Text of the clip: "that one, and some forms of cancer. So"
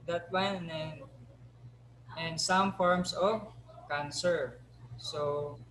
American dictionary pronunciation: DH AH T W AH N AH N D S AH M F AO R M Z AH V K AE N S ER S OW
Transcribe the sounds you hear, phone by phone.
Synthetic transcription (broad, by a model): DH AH T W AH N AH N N S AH M F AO R M S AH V K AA N S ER S OW